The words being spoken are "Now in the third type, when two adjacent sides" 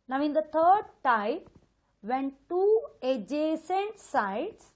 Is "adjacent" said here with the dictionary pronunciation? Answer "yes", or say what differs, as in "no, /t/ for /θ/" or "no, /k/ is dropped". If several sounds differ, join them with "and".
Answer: yes